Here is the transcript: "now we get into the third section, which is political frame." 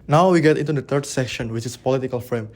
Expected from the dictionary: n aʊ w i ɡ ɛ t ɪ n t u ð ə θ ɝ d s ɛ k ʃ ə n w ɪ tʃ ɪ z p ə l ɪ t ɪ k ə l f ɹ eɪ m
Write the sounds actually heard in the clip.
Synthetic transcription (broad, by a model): n aʊ w i ɡ ɛ t ɪ n t u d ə t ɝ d s ɛ k ʃ ə n w ɪ tʃ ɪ s p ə l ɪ t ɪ k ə l f ɹ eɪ m